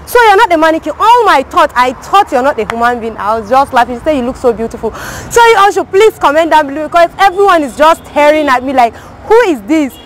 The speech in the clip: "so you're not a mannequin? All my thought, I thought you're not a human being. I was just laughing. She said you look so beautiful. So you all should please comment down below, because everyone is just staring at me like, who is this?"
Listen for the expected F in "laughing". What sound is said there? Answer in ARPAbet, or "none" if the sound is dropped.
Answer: none